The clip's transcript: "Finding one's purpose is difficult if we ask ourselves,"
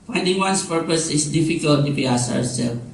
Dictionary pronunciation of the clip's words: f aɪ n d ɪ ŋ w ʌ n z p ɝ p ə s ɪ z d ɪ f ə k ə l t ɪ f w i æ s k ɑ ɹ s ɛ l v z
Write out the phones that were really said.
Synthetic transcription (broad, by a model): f aɪ n d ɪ ŋ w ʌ n s p ɝ p ə s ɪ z d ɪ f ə k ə l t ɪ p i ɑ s ɑ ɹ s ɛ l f